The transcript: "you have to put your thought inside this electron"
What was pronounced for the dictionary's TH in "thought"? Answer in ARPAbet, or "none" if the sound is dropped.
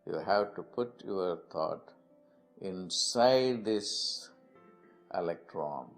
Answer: T